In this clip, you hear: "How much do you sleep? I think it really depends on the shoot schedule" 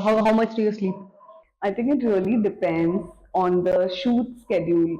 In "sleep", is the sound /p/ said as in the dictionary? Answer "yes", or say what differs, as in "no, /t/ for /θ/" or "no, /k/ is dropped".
no, /p/ is dropped